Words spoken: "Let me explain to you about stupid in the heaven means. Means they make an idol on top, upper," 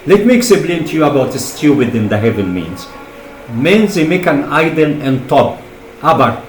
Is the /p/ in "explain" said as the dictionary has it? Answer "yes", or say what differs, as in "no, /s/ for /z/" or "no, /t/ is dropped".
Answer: no, /b/ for /p/